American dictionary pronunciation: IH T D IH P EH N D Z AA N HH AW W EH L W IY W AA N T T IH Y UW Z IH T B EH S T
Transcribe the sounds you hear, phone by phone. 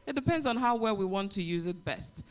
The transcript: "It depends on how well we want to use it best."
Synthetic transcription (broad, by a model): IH T D IH P EH N D Z N HH AW W EH L W IY W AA N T T IH Y UW Z IH T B EH S T